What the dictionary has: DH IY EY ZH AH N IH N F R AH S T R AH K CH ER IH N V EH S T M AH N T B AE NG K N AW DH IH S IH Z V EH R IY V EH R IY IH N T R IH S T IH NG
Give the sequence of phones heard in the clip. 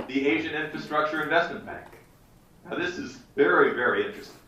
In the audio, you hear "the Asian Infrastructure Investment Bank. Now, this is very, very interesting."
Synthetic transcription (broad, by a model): DH IY EY ZH AH N IH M F R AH S T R AH K CH ER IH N V EH S T M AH N B AE NG K N AW DH IH S IH Z V EH R IY V EH R IY IH N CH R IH S T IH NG